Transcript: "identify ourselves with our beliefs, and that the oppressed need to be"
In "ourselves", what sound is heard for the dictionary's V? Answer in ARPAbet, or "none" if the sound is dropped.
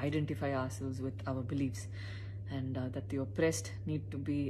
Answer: none